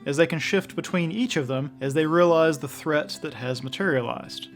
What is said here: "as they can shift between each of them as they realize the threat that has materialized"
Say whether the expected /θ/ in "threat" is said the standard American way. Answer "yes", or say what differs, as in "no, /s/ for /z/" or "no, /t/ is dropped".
yes